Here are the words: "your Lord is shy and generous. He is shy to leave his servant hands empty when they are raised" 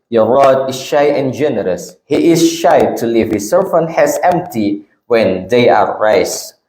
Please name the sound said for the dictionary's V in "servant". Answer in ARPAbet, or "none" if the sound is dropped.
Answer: F